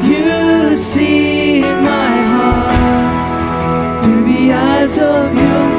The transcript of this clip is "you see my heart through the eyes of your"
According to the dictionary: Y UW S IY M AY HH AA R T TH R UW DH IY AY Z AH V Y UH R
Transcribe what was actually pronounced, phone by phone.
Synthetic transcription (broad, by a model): Y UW S IY M AY HH AA R T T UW DH IY AY Z AH V Y